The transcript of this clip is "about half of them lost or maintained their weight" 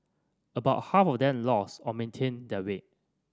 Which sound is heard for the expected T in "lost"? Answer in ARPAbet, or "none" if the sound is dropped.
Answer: none